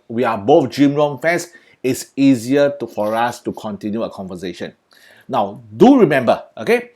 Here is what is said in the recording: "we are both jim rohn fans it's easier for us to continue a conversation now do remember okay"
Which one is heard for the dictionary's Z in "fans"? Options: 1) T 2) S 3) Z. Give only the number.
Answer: 2